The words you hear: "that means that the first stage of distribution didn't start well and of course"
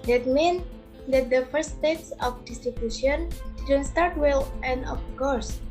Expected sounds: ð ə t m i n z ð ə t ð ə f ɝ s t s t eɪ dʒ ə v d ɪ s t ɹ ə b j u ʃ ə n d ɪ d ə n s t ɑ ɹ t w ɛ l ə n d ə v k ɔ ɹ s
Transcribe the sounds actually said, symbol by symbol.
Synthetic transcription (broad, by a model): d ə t m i n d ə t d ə f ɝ t s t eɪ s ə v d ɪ s t ɹ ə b j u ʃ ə n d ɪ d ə n s t ɑ ɹ t w ɛ l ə n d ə f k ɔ ɹ s